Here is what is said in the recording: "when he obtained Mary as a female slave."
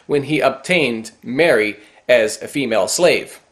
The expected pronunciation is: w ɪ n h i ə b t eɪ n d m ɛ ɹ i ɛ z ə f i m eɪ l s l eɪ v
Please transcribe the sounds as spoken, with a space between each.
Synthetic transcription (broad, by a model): w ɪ n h i ə b t eɪ n d m ɛ ɹ i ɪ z ə f i m eɪ l s l eɪ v